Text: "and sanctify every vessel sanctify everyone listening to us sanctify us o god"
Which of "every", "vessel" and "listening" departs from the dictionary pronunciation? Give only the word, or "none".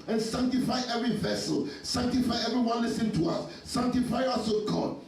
listening